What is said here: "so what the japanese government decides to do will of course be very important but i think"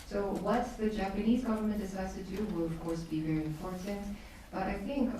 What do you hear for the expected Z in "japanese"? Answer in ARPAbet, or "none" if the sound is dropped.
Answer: Z